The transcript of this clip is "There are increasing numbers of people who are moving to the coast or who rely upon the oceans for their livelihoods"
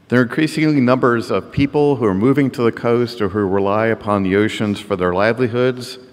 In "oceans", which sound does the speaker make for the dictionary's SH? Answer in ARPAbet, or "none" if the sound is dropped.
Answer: SH